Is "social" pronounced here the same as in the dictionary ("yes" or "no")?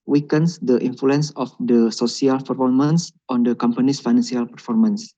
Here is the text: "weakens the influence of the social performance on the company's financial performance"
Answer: no